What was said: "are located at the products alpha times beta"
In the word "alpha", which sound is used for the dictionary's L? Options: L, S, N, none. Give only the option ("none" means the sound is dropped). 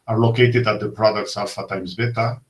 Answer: none